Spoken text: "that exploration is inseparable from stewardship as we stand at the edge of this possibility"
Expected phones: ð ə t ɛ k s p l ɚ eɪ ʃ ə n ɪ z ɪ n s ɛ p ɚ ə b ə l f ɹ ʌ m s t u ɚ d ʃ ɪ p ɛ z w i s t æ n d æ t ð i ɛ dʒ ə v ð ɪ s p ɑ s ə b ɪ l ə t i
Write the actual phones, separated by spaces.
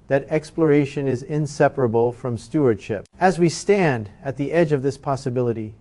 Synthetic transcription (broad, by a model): ð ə t ɛ k s p l ɚ eɪ ʃ ə n ɪ z ɪ n s ɛ p ɚ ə b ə l f ɹ ʌ m s t u ɚ d ʃ ɪ p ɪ z w i s t æ n d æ t ð i ɛ dʒ ə v ð ɪ s p ɑ s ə b ɪ l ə t i